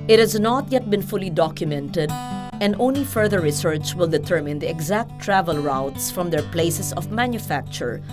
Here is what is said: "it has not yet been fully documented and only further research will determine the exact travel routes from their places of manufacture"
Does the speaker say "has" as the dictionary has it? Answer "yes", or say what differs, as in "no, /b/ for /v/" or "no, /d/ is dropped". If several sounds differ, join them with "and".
yes